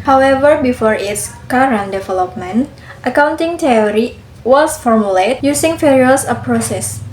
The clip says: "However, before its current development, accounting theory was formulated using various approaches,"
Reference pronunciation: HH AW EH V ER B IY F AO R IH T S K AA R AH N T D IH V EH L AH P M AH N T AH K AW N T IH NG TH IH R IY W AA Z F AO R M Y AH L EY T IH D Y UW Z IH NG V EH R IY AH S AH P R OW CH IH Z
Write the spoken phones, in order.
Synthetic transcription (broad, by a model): HH AW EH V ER B IY F AO R IH T S K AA R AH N D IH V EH L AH P M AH N T AH K AW N T IH NG T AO R IY W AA S F AO R M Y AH L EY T Y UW S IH NG F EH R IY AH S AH P R OW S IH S